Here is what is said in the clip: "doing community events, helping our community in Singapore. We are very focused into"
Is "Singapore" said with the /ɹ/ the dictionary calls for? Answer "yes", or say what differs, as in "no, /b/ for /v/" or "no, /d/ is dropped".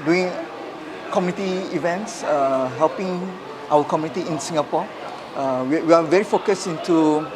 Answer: no, /w/ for /ɹ/